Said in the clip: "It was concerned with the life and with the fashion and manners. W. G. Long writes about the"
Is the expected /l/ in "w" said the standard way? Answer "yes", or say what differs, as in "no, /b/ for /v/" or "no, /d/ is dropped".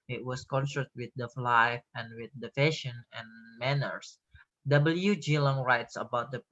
yes